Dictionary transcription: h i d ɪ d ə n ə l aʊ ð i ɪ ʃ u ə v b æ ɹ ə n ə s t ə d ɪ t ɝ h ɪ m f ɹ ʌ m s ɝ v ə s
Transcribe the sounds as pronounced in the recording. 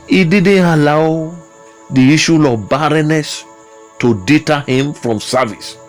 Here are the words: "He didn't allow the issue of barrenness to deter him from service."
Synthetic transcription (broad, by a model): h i d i d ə n ə l aʊ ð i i ʃ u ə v b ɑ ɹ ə n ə s t ə d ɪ t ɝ h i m f ɹ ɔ m s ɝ v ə s